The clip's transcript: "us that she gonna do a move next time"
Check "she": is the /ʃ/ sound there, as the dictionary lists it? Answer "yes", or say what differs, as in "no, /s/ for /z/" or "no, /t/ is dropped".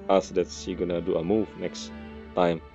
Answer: no, /s/ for /ʃ/